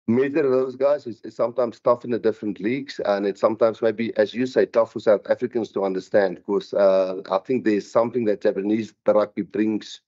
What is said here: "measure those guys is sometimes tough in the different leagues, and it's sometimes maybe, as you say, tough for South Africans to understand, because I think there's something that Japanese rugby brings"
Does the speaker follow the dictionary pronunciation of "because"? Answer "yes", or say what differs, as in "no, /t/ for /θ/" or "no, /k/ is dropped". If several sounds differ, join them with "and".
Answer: no, /z/ is dropped